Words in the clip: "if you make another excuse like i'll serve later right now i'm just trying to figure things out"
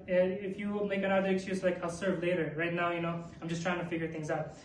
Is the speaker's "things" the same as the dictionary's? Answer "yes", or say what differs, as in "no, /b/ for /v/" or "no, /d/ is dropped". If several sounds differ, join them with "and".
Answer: yes